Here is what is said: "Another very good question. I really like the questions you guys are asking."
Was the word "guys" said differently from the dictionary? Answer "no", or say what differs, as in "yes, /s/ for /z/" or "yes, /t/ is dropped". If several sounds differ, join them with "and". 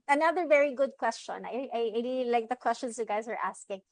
no